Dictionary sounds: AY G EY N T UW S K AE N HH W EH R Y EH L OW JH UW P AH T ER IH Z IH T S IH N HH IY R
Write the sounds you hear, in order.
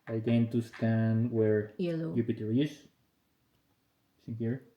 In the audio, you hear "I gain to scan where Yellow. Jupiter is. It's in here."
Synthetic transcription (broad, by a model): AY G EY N T UW S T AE N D W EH R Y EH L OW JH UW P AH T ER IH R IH S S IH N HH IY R